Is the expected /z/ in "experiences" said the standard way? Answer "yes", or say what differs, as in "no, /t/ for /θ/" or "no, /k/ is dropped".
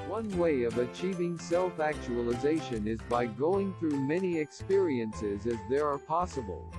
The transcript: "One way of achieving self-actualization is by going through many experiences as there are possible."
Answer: yes